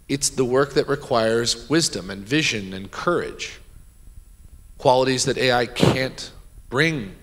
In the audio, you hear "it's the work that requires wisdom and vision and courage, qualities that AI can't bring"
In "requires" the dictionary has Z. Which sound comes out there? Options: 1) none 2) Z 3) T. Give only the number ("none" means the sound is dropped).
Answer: 2